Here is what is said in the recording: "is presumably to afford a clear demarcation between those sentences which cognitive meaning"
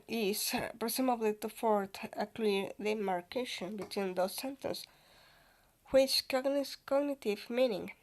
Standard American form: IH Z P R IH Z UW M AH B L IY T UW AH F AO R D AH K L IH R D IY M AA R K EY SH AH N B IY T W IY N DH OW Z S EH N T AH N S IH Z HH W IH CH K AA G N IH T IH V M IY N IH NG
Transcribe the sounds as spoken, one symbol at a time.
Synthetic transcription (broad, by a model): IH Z P R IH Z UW M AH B L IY T UW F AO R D AH K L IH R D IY M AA R K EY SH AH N B IY T W IY N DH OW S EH N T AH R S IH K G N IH S K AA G N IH T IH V M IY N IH NG